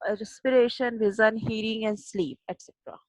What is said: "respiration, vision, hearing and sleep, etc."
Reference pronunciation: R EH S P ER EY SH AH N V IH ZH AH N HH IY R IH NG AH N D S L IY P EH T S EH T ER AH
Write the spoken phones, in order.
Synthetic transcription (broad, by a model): R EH S P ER EY SH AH N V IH Z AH N HH IY R IH NG AH N D S L IY P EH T S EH T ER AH